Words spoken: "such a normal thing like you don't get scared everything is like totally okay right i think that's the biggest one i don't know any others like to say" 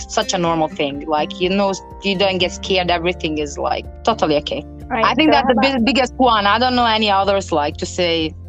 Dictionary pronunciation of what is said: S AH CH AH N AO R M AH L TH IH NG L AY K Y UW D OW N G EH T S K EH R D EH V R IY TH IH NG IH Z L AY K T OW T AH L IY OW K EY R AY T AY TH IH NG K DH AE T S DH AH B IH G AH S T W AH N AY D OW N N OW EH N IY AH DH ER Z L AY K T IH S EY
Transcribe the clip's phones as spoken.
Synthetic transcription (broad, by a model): S AH CH AH N AO R M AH L TH IH NG L AY K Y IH D OW N G EH T S K EH R D EH V R IY TH IH NG IH Z L AY K T OW T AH L IY OW K EY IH AY TH IH NG K DH AE T S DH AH B IH G AH S T W AH N AY D OW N N OW EH N IY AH DH ER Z L AY K T IH S EY